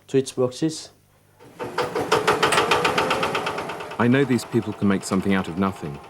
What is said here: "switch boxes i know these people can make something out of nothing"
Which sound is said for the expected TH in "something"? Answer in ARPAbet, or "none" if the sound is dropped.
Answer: TH